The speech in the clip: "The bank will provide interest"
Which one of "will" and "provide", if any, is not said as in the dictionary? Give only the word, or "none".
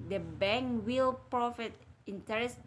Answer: provide